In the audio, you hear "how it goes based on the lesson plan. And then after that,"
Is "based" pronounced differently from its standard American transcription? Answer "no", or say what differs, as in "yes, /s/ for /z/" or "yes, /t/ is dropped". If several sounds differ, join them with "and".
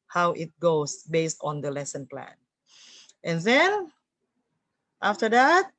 no